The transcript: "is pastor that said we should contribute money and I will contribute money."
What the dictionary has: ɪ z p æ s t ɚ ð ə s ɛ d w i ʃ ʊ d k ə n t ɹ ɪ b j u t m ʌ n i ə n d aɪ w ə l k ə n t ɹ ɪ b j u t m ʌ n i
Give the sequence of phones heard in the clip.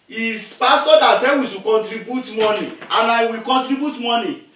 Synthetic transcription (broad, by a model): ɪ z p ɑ s t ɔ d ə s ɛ w i s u k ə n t ɹ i b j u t m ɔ n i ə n aɪ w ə k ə n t ɹ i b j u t m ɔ n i